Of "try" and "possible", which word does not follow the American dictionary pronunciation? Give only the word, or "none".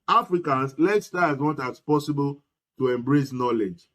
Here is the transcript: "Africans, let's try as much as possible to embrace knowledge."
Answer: try